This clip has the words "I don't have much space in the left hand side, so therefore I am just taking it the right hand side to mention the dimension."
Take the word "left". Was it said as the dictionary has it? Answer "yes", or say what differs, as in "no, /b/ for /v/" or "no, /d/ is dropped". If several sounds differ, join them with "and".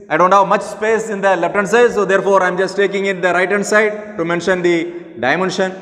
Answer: no, /p/ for /f/